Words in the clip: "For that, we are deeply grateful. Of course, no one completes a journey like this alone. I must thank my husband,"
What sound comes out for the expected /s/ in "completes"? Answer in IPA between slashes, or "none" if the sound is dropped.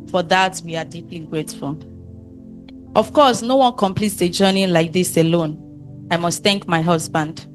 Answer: /s/